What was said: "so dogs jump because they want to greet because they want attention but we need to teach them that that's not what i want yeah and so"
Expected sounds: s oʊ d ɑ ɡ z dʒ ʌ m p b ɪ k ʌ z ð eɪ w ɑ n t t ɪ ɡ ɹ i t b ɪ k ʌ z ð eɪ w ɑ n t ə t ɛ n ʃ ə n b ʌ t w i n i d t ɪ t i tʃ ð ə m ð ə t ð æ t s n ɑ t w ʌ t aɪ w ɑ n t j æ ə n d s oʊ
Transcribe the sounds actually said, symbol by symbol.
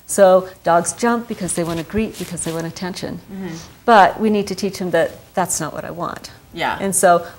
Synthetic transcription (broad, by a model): s oʊ d ɑ ɡ z dʒ ʌ m p b ɪ k ʌ z ð eɪ w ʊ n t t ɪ ɡ ɹ i t b ɪ k ʌ z ð eɪ w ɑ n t ə t ɛ n ʃ ə n b ʌ t w i n i d t ɪ t i tʃ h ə m ð ə t ð æ t s n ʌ t w ʌ t aɪ w ɑ n t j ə n s oʊ